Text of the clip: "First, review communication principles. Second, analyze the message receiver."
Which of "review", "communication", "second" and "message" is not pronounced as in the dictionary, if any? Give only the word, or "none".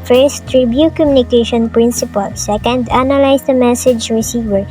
review